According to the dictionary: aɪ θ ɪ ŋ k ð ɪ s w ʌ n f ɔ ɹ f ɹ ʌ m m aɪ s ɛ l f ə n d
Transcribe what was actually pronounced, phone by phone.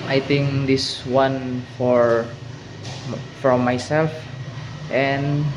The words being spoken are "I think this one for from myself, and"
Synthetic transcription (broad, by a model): aɪ t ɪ ŋ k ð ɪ s w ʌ n f ɔ ɹ f ɹ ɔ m m aɪ s ɛ l f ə n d